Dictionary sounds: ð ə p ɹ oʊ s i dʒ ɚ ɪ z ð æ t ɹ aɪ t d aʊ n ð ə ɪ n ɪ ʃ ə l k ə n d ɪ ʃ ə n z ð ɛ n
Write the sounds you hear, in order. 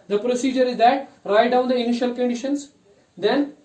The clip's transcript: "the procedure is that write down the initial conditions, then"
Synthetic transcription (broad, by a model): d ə p ɹ oʊ s i dʒ ɚ ɪ z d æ t ɹ aɪ t d aʊ n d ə ɪ n ɪ ʃ ə l k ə n d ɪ ʃ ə n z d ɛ n